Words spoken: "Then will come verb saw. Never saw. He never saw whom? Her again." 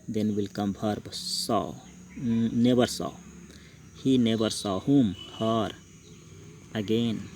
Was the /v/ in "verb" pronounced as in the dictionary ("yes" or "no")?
no